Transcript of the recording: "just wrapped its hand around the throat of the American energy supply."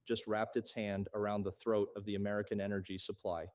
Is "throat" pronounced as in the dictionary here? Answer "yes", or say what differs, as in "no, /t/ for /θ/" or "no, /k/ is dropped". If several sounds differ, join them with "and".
yes